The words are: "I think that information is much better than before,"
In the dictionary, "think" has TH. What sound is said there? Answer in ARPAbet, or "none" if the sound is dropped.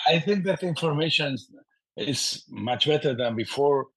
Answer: TH